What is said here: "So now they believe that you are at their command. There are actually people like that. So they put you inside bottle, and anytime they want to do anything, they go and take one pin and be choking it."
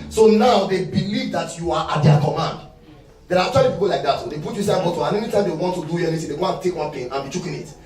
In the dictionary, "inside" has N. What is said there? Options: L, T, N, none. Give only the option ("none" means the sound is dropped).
none